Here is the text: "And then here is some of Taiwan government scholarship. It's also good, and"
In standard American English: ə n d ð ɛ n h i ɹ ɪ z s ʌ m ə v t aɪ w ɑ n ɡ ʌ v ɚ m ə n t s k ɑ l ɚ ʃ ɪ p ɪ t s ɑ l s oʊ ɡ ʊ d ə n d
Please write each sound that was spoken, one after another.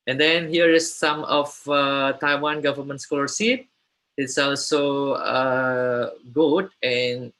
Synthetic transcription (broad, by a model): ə n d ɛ n h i ɹ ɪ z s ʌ m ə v t aɪ w ɑ n ɡ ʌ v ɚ m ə n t s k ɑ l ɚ s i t ɪ t s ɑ l s oʊ ɡ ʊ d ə n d